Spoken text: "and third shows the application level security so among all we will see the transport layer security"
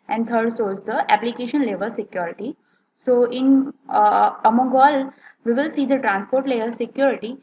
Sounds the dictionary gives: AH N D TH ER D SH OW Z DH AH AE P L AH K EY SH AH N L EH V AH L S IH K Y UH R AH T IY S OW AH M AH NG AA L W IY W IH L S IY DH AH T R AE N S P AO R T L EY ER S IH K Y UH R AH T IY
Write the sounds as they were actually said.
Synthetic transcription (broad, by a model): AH N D T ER D S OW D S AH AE P L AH K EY SH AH N L EH V AH L S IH K Y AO R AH T IY S OW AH M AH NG AA L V IY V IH L S IY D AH T R AE N S P AO R T L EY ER S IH K Y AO R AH T IY